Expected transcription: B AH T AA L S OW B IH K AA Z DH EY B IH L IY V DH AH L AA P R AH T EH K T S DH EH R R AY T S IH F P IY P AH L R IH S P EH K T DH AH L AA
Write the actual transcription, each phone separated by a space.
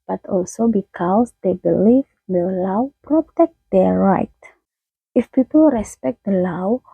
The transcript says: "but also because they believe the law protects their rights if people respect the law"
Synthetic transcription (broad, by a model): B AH T AA L S OW B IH K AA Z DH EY B IH L IY V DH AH L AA P R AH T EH K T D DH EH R R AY T IH F P IY P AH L R IH S P EH K T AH L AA